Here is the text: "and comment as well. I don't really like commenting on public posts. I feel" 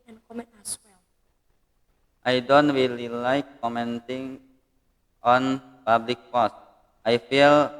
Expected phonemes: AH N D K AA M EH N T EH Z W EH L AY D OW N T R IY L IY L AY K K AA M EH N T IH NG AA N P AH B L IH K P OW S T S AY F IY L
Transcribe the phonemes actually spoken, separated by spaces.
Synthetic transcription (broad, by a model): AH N K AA M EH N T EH S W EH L AY D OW N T W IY L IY L AY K K AA M EH N T IH NG AA N P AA B L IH K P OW S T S AY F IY L